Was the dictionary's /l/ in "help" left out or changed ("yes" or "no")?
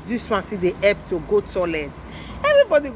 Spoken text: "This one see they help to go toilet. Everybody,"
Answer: yes